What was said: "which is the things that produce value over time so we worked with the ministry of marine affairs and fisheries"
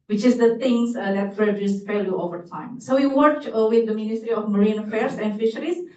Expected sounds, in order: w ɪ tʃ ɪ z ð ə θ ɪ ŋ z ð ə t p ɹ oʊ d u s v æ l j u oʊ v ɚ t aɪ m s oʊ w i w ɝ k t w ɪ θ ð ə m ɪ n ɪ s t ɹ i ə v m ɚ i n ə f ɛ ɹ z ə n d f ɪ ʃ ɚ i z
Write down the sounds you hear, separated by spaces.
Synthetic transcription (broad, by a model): w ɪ tʃ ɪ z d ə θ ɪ ŋ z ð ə t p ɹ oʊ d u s f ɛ l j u oʊ v ɚ t aɪ m s oʊ w i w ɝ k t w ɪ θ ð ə m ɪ n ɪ s t ɹ i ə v m ɚ i n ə f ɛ ɹ s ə n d f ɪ ʃ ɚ i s